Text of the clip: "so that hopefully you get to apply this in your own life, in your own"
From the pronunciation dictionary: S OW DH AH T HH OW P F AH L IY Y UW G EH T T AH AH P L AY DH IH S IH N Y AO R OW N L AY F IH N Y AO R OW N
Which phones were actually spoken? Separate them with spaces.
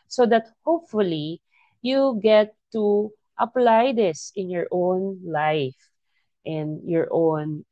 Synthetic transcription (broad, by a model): S OW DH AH T HH OW P F AH L IY Y UW G EH T T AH AH P L AY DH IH S IH N Y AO R OW N L AY F IH N Y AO R OW N